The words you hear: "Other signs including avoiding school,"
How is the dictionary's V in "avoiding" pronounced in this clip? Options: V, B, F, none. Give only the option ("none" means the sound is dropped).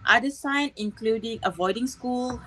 V